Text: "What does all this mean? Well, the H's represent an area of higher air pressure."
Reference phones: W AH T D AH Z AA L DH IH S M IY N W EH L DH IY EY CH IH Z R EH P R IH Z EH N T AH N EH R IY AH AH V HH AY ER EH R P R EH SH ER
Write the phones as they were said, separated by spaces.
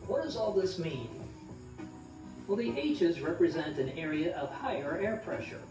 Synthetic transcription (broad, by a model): W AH T D AH Z AA L DH IH S M IY N W EH L DH IY EY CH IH Z R EH P R IH Z EH N T AH N EH R IY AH AH V HH AY ER EH R P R EH SH ER